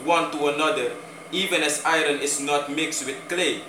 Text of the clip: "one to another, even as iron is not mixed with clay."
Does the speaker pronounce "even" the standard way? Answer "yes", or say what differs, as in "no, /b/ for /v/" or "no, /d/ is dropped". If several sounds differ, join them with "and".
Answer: yes